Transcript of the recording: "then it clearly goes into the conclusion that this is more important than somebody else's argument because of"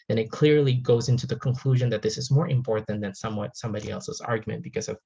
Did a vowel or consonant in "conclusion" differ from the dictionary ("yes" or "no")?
no